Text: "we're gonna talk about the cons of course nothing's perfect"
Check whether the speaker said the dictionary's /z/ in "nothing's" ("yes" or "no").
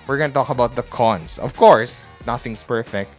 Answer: no